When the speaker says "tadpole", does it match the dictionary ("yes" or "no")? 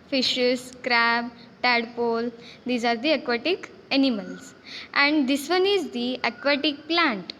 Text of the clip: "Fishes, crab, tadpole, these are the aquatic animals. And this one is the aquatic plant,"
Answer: yes